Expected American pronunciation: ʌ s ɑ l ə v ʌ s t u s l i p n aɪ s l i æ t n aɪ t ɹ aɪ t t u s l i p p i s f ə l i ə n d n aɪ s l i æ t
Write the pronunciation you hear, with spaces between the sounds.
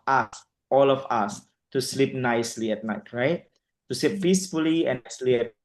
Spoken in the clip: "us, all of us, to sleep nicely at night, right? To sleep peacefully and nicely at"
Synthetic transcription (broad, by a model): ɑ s ɑ l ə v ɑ s t u s l i p n aɪ s l i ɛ t n aɪ t ɹ aɪ t t u s l i p p i s f ə l i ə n n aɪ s l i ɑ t